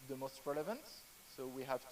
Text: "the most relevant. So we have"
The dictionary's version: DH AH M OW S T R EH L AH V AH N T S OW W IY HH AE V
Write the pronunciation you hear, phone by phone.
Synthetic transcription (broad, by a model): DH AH M OW S T R EH L AH V AH N T S OW W IY HH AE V